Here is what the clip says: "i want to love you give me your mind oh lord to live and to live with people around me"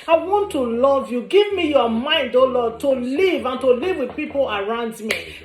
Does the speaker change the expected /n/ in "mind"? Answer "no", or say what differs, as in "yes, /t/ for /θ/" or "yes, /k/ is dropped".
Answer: no